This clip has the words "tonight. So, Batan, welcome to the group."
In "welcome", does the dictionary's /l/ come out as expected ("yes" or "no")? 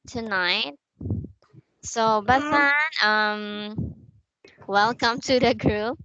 yes